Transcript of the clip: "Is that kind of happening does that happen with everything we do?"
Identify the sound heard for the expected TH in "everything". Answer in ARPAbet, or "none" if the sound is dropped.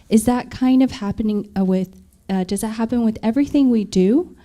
TH